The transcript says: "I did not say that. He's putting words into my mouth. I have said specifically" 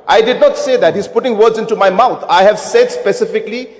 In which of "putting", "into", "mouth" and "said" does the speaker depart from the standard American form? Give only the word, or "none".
mouth